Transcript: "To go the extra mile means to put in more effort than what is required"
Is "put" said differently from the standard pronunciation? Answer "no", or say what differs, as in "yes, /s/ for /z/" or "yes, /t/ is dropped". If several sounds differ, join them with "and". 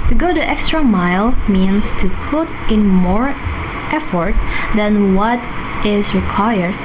no